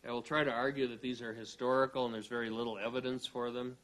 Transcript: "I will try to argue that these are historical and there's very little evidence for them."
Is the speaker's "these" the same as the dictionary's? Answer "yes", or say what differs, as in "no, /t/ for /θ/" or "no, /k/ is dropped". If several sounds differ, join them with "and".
yes